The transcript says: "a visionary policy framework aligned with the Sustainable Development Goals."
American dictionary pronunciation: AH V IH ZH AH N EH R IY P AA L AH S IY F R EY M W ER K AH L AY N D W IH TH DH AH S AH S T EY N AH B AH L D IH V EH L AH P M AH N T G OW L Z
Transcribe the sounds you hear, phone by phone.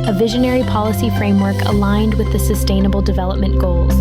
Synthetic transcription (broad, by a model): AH V IH ZH AH N EH R IY P AA L AH S IY F R EY M W ER K AH L AY N D W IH DH AH S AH S T EY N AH B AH L D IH V EH L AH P M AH N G OW L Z